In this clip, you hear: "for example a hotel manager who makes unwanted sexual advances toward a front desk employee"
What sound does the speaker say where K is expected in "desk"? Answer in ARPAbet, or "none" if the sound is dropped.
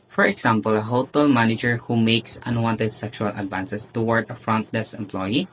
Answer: none